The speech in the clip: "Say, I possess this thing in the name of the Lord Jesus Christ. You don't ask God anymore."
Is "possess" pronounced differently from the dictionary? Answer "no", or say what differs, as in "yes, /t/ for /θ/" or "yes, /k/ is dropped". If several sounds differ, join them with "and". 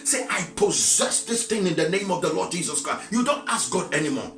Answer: no